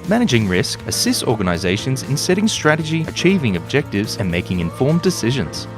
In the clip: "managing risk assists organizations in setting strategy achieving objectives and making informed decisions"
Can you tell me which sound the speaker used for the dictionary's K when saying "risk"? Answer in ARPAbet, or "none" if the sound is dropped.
K